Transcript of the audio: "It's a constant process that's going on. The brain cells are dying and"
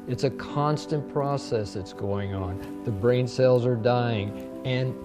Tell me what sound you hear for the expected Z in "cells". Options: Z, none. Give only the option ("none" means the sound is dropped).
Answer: Z